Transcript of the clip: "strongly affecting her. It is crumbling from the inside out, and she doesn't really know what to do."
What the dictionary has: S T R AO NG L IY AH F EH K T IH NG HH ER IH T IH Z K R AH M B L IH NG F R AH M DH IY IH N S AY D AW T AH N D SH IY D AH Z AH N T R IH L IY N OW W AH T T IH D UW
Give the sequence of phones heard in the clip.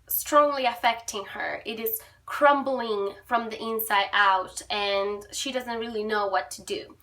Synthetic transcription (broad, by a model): S T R AO NG L IY AH F EH K T IH NG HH ER IH T IH Z K R AH M B L IH NG F R AH M DH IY IH N S AY D AW T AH N SH IY D AH Z AH N T R IH L IY N OW W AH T T IH D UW